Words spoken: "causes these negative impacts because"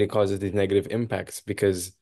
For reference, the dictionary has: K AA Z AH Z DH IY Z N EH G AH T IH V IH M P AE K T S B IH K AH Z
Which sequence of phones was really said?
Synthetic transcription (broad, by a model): K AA Z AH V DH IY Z N EH G AH T IH V IH M P AE K T S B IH K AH Z